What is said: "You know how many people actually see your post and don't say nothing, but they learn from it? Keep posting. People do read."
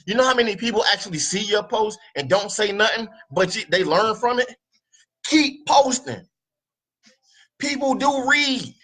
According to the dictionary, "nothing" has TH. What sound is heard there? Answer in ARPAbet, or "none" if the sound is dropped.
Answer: TH